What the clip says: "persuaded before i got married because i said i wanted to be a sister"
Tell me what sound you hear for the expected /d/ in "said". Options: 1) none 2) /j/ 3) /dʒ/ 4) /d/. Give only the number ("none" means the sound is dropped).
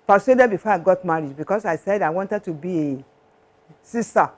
4